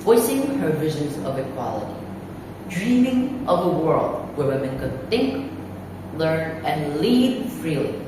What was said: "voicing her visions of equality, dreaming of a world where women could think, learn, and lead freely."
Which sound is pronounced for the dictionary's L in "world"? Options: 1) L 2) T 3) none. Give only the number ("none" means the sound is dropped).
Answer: 1